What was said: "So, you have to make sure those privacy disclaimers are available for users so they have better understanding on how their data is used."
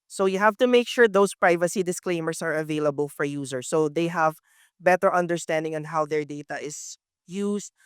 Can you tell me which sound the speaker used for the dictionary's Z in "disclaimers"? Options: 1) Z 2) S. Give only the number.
2